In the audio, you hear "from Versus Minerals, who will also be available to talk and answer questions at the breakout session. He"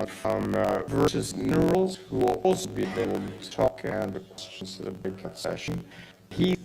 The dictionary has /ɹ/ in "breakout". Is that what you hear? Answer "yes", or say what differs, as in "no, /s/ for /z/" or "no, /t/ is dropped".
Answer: no, /ɹ/ is dropped